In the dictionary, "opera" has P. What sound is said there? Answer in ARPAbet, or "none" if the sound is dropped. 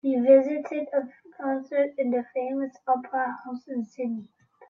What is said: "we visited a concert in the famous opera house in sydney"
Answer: P